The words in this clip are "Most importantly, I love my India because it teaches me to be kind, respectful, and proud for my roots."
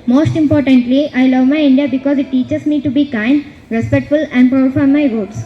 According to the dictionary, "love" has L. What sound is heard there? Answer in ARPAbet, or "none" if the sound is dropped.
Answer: L